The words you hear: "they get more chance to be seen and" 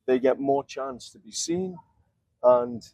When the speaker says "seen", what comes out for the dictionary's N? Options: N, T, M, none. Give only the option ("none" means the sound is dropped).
N